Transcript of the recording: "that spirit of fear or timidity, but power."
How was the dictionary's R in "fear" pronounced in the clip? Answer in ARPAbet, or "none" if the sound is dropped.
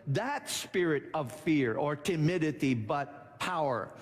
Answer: R